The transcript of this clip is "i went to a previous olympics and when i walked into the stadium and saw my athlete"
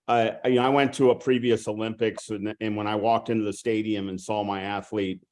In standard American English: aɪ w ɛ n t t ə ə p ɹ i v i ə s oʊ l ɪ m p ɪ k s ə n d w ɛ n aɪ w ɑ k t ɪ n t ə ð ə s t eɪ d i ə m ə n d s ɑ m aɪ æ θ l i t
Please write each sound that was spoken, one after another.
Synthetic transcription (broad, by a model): aɪ w ɛ n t t ə ə p ɹ i v i ə s oʊ l ɪ m p ɪ k s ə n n w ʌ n aɪ w ɑ k t ɪ n t ə ð ə s t eɪ d i ə m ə n s ɑ m aɪ æ θ l i t